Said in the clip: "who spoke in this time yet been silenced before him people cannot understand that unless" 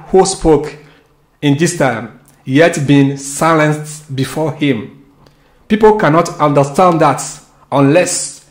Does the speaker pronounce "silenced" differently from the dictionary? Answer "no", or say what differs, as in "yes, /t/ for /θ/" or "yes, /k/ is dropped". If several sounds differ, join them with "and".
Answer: no